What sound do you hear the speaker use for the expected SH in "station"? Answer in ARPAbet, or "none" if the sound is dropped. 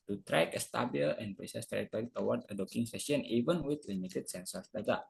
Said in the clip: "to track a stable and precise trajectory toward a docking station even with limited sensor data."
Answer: none